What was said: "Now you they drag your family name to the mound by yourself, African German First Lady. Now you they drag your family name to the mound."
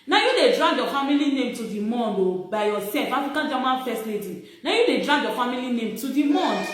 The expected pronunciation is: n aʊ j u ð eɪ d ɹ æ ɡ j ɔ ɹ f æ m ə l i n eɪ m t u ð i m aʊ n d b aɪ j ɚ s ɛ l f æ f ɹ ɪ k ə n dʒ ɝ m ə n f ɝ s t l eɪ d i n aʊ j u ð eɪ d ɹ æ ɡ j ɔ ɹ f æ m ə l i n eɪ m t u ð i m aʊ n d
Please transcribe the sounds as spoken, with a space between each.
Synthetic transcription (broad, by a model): n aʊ j u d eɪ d ɹ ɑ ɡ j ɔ f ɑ m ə l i n eɪ m t u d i m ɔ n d b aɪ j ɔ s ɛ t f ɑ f ɪ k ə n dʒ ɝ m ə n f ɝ s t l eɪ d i n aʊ j u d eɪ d ɹ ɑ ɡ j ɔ f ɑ m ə l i n eɪ m t u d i m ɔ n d